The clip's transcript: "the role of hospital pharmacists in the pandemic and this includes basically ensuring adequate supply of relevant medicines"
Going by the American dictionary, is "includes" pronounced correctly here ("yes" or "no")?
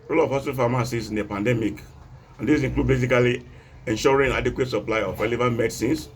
no